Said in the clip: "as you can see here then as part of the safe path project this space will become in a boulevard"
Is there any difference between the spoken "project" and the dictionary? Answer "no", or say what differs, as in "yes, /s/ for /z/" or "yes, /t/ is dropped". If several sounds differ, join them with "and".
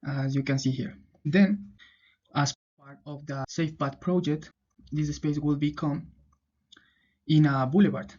no